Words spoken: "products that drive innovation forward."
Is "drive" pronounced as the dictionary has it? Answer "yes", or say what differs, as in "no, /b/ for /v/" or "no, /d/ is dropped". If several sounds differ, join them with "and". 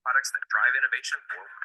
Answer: yes